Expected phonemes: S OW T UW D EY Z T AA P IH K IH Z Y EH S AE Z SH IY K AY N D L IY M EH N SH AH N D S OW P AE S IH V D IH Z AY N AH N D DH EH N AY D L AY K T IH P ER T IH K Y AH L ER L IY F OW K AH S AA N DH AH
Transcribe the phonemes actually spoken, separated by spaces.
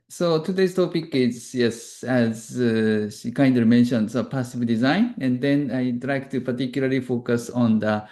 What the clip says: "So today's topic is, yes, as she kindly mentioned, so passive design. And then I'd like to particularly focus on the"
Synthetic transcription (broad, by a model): S OW T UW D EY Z T AA P IH K IH Z Y EH S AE Z SH IY K AY N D IY M EH N SH AH N D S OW P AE S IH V D IH Z AY N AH N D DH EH N AY D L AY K T IH P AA T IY K Y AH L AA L IY F OW K AH S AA N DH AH